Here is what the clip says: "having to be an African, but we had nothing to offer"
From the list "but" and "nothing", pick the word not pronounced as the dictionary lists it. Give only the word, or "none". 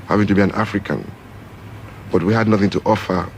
none